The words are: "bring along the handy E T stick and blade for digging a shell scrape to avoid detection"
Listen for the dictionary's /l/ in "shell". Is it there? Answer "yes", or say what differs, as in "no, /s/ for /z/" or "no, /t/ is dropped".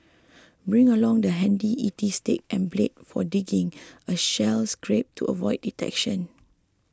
yes